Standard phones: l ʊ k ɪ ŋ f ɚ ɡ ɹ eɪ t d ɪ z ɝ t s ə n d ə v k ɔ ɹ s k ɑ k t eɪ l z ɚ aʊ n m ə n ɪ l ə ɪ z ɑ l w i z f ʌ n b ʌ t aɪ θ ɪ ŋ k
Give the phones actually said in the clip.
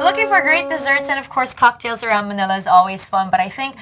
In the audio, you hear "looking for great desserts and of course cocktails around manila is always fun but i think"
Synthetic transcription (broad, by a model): l ʊ k ɪ ŋ f ɚ ɡ ɹ eɪ t d ɪ z ɝ t s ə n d ə v k ɔ ɹ s k ɑ k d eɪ l z ɚ aʊ n m ə n ɪ l ə ɪ z ɑ l w i z f ʌ n b ʌ t aɪ θ ɪ ŋ k